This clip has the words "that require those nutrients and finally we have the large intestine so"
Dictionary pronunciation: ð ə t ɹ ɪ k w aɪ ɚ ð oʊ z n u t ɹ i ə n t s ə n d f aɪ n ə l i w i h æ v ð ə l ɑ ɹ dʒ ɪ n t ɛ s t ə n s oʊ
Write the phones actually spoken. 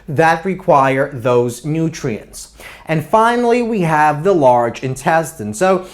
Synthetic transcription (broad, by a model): ð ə t ɹ ɪ k w aɪ ɚ ð oʊ z n u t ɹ i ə n t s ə n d f aɪ n l i w i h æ v ð ə l ɑ ɹ dʒ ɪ n t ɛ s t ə n s oʊ